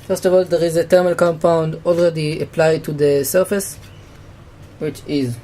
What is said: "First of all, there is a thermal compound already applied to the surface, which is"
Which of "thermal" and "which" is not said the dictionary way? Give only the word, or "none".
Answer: thermal